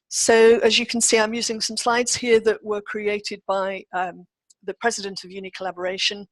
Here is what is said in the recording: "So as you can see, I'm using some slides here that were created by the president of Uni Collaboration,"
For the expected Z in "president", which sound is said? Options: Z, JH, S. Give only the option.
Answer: Z